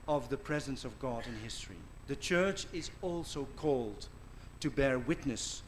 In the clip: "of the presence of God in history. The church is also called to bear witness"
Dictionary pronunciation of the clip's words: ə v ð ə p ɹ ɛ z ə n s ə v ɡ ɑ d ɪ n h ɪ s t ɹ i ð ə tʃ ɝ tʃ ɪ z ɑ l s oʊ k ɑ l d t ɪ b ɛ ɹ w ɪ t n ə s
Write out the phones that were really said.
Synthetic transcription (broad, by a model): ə v ð ə p ɹ ɛ z ə n s ə v ɡ ɑ d ɪ n h ɪ s t ɹ i ð ə tʃ ɝ tʃ ɪ z ɑ l s oʊ k ɑ l d t ɪ b ɛ ɹ w ɪ t n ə s